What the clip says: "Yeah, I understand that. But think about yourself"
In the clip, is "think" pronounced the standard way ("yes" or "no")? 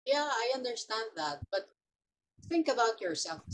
yes